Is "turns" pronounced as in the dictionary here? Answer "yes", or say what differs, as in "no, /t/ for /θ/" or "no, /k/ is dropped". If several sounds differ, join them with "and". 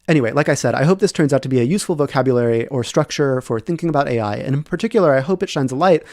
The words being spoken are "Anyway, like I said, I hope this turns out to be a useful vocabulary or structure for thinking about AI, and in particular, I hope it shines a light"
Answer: yes